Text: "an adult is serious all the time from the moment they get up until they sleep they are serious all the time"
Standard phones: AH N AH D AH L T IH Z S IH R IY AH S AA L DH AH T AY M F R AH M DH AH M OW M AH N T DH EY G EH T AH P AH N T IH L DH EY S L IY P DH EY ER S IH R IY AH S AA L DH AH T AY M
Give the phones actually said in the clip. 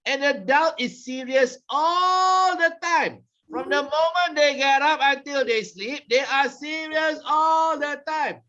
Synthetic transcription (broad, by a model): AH N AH D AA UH T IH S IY R IY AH S AA L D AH T AY M F R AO M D AH M OW M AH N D EY G EH T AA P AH N T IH L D EY S L IY P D EY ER S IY R IY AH S AA L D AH T AY M